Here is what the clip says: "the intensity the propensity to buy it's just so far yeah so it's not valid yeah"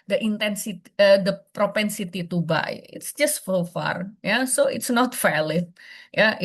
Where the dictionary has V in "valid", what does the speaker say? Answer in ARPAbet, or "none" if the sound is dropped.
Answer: F